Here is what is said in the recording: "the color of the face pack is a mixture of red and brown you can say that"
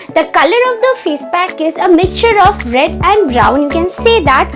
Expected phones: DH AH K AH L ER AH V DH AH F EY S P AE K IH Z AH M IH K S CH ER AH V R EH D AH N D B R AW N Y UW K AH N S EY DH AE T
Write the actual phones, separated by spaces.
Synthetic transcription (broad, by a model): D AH K AH L ER AH V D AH F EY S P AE K IH Z AH M IH K S CH ER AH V R EH D AH N D B R AW N Y UW K AH N S EY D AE T